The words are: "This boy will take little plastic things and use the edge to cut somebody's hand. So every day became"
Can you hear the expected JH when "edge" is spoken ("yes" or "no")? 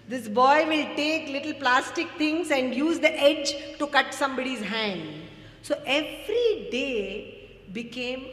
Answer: yes